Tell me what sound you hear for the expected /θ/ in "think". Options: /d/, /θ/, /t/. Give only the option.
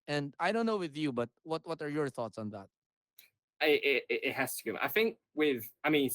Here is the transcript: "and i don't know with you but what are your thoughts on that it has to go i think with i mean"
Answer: /θ/